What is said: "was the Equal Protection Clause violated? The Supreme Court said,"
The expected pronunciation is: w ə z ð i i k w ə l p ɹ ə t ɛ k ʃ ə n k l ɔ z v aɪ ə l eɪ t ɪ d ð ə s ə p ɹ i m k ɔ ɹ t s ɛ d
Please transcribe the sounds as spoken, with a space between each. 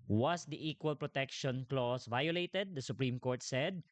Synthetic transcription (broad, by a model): w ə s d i i k w ə l p ɹ ə t ɛ k ʃ ə n k l ɔ s v aɪ ə l eɪ t ɪ d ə s ə p ɹ i m k ɔ ɹ t s ɛ d